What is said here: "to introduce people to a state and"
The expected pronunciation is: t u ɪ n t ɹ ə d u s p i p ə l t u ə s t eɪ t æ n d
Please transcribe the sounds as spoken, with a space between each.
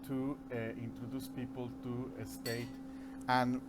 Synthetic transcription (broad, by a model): t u ɪ n t ɹ ə d u s p i p ə l t u ə s t eɪ t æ n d